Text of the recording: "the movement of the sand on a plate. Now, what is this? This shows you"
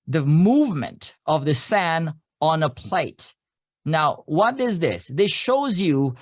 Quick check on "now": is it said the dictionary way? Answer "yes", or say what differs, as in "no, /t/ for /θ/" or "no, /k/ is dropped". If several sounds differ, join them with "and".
yes